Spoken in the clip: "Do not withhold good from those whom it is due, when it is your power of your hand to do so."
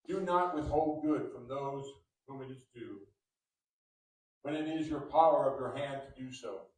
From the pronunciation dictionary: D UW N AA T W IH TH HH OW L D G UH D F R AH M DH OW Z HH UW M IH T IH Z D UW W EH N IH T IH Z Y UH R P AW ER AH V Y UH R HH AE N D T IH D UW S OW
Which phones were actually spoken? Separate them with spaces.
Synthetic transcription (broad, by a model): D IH N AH T W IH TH HH OW L D G UH D F R AH M DH OW Z HH UW M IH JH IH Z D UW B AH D IH T IH Z Y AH R P AW ER AH V Y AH R HH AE N T IH D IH S OW